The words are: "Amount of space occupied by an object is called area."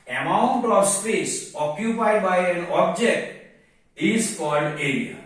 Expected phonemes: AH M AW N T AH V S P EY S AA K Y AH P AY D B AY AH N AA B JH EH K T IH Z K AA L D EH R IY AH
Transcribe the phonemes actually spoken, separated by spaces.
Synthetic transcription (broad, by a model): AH M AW N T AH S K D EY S AA K Y AH P AY D B AY AH N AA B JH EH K T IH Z K AA L D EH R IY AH